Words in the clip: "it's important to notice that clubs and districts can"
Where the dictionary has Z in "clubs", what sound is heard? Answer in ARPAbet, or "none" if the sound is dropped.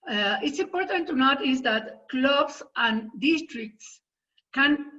S